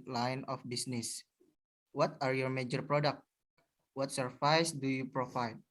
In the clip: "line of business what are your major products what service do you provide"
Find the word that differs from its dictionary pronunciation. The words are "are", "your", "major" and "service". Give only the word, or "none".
service